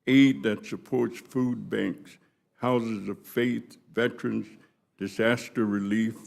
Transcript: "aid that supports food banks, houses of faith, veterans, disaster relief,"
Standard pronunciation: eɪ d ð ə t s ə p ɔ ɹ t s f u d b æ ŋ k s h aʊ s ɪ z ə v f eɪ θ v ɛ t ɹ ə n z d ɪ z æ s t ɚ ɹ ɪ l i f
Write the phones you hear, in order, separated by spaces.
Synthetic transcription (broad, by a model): eɪ d ð ə t s ə p ɔ ɹ t s f u d b æ ŋ k s h aʊ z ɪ z ə v f eɪ θ v ɛ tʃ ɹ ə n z d ɪ z æ s t ɚ ɹ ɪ l i f